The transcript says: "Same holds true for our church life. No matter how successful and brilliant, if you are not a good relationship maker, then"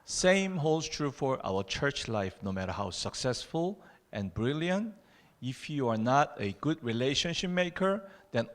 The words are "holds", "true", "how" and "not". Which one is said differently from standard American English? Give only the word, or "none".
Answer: holds